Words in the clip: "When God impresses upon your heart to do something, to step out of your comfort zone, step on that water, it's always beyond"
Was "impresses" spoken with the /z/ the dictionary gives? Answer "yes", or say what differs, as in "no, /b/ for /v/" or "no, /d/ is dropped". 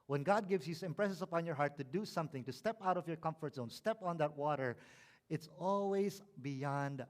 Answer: no, /s/ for /z/